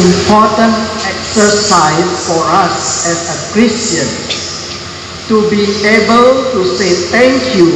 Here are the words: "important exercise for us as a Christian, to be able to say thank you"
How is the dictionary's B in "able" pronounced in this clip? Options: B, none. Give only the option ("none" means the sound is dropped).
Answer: B